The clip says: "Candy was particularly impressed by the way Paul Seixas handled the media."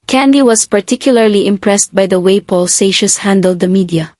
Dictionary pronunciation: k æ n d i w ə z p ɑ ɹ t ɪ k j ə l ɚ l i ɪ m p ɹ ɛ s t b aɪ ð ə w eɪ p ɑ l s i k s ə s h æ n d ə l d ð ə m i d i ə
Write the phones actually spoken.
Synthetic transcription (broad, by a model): k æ n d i w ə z p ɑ ɹ t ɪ k j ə l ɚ l i ɪ m p ɹ ɛ s t b aɪ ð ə w eɪ p ɑ l s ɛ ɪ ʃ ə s h æ n d ə l d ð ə m i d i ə